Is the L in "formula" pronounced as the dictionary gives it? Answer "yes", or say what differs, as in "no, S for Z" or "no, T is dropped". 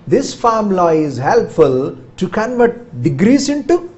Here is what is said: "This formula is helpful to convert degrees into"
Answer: no, L is dropped